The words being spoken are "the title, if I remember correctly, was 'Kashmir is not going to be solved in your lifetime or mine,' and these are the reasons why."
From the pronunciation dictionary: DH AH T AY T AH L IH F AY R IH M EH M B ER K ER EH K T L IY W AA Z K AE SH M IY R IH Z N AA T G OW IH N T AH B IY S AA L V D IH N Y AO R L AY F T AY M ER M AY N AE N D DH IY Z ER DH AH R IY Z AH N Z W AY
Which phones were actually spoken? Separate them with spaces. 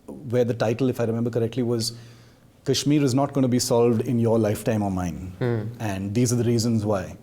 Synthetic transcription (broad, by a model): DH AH T AY T AH L IH F AY R IH M EH M B ER K ER EH K T L IY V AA Z K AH SH M IY R IH Z N AA T G OW IH N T B IY S AA L V D IH N Y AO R L AY F T AY M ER M AY N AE N D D IY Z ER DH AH R IY Z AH N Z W AY